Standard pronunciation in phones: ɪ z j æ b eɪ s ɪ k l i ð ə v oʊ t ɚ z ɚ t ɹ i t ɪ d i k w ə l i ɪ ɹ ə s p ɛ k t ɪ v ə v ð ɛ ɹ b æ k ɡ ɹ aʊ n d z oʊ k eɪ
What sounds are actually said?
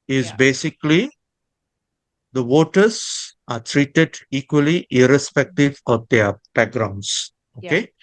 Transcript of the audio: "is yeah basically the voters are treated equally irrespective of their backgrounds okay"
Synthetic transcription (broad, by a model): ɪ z b eɪ s ɪ k l i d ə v oʊ t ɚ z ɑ t ɹ i t ɪ d i k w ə l i ɪ ɹ ə s p ɛ k t ɪ v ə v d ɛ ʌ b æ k ɡ ɹ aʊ n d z oʊ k eɪ